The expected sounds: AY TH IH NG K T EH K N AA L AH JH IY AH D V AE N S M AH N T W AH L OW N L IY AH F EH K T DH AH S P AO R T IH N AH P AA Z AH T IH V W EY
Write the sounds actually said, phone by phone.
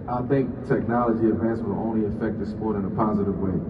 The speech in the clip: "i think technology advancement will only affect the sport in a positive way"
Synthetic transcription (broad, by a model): AY TH IH NG K T EH K N AA L AH JH IY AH D V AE N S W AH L OW N L IY AH F EH K T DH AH S P AO R T IH N AH P AA Z AH T IH V W EY